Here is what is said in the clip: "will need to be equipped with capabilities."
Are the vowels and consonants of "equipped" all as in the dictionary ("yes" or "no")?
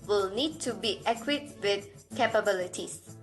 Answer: no